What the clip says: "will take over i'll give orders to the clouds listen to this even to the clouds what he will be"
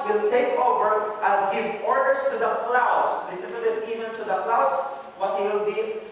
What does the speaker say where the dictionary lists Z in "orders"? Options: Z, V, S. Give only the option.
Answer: S